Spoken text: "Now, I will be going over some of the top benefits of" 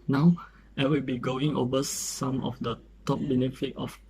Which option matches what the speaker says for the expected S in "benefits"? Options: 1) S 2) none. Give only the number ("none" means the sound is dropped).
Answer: 2